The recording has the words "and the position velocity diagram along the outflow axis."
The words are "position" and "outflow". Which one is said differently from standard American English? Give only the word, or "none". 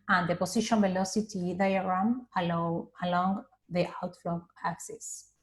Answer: position